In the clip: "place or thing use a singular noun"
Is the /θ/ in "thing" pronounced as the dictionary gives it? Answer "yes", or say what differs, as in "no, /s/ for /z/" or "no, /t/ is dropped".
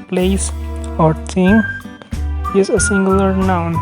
no, /s/ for /θ/